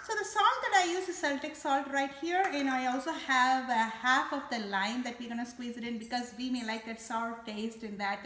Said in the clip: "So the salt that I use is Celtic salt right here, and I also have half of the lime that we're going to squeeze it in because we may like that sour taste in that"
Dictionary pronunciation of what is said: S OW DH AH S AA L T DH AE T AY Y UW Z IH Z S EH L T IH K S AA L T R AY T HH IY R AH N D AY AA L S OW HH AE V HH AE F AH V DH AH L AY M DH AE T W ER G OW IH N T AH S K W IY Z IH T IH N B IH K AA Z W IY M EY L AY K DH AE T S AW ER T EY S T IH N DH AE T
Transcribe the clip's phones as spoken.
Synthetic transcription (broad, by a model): S OW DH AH S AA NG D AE T AY Y UW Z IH S EH L T IH K S AA L T R AY T HH IY R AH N AY AA L S OW HH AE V HH AE F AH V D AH L AY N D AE T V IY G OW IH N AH S K W IY Z IH T IH N B IH K AA Z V IY M EY L AY K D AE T S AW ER T EY S T IH N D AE T